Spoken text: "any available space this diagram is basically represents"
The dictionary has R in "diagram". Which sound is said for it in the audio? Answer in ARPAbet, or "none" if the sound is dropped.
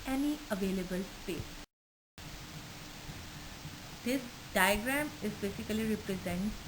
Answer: R